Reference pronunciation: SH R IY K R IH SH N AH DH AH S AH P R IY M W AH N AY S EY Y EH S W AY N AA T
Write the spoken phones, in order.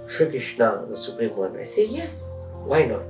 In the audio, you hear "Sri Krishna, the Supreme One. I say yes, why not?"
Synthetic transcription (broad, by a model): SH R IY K IH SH N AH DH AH S AH P R IY M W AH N AY S EY Y EH S W AY N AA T